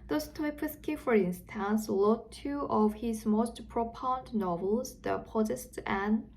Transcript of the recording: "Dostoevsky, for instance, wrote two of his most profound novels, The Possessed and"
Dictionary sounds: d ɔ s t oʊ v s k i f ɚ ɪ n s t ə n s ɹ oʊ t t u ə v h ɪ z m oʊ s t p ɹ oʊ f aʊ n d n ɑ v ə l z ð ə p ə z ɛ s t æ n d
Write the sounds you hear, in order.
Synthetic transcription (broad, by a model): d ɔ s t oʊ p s k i f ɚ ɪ n s t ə n s l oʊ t t u ə v h ɪ z m oʊ s t p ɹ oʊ p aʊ n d n ɑ v ə l z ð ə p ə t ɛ s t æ n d